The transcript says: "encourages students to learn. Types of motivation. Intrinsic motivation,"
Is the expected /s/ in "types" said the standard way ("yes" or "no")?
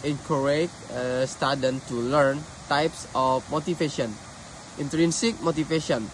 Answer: yes